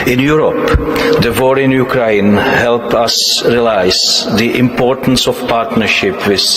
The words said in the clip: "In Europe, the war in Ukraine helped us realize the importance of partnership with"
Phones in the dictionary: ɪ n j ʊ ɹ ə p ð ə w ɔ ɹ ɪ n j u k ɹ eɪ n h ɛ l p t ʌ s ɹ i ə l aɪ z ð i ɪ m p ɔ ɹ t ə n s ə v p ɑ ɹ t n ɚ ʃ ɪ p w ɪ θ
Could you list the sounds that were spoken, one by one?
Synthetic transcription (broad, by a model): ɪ n j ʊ ɹ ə p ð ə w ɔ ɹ ɪ n j u k ɹ eɪ n h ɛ l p ʌ s ɹ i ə l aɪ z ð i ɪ m p ɔ ɹ t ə n s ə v p ɑ ɹ t n ɚ ʃ ɪ p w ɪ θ